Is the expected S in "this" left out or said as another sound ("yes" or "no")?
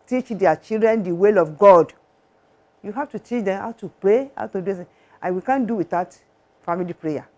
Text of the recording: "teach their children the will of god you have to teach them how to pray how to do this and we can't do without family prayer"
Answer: yes